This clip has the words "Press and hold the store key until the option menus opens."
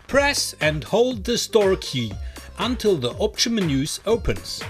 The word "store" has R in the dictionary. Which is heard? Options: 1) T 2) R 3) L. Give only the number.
2